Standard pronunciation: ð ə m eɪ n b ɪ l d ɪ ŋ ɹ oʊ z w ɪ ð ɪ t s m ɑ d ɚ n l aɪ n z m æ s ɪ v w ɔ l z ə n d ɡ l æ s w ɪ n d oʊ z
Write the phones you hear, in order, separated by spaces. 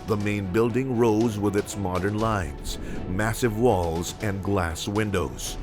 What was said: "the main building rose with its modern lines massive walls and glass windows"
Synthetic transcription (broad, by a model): ð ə m eɪ n b ɪ l d ɪ ŋ ɹ oʊ z w ɪ ð ɪ t s m ɑ d ɚ n l aɪ n z m æ s ɪ v w ɔ l z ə n ɡ l æ s w ɪ n d oʊ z